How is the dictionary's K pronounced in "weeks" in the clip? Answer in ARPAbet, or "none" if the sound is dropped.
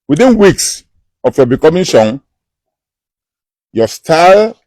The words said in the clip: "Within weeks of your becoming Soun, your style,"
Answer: K